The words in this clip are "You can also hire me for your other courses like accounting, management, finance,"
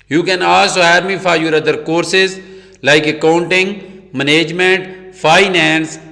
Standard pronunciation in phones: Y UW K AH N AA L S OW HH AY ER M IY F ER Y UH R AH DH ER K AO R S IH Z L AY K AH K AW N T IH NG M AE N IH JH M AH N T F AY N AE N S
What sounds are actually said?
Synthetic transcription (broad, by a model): Y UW K AH N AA S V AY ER M IY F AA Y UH R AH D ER K AO R S IH Z L AY K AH K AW N T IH NG M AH N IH JH M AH N T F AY N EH N S